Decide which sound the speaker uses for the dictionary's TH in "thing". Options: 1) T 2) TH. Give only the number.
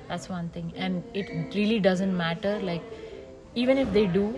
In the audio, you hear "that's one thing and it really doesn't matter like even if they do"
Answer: 1